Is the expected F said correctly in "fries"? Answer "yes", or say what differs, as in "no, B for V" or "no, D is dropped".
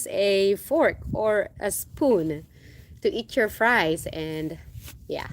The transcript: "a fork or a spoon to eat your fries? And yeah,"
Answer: yes